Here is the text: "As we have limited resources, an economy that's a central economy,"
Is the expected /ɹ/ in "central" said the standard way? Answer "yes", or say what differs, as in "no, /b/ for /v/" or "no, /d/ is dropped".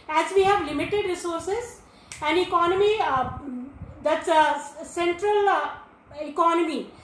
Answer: yes